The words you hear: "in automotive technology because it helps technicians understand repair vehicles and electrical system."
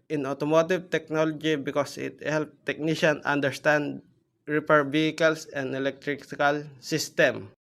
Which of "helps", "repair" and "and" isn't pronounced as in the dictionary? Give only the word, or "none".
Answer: helps